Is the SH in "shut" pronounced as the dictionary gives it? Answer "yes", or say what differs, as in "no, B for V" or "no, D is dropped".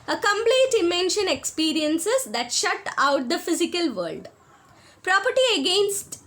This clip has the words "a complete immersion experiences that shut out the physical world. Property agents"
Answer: yes